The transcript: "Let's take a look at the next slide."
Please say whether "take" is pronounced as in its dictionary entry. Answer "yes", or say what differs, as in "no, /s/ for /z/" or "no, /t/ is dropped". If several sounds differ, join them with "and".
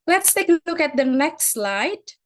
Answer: no, /k/ is dropped